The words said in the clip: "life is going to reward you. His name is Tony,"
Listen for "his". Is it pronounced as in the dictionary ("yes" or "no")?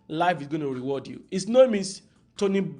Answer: no